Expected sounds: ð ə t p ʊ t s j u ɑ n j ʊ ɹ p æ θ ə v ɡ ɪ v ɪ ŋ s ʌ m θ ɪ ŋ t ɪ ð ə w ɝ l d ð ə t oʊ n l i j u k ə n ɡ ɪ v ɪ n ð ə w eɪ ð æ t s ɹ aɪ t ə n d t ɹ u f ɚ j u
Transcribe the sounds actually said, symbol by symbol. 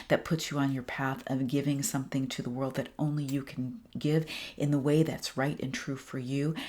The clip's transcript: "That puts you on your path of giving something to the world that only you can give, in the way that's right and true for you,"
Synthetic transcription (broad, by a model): ð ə t p ʊ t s j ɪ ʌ n j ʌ ɹ p æ θ ə v ɡ ɪ v ɪ ŋ s ʌ m θ ɪ ŋ t ɪ ð ə w ɝ l d ð ə t oʊ n l i j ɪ k n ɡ ɪ v ɪ n ð ə w eɪ ð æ t s ɹ aɪ t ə n t ɹ u f ɚ j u